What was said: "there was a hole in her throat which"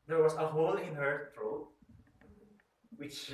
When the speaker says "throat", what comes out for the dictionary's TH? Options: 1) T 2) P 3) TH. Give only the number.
1